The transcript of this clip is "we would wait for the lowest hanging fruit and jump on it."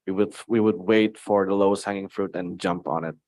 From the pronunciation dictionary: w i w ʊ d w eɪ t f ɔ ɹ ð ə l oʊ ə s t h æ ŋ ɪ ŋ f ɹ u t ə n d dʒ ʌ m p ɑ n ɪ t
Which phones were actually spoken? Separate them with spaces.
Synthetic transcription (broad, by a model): w i w ʊ d w eɪ t f ɔ ɹ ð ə l oʊ ə s t h æ ŋ ɪ ŋ f ɹ u t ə n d dʒ ʌ m p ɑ n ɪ t